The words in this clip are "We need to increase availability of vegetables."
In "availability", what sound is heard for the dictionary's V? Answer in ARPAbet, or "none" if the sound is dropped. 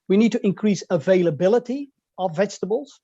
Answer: V